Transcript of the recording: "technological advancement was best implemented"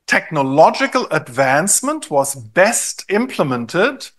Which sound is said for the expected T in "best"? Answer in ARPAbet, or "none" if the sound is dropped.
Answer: T